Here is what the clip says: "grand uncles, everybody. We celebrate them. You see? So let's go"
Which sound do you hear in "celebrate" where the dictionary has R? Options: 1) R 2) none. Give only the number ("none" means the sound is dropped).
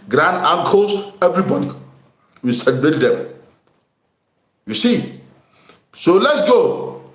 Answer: 2